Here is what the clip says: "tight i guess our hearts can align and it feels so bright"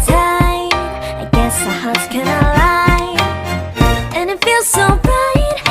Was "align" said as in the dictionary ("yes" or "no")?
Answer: no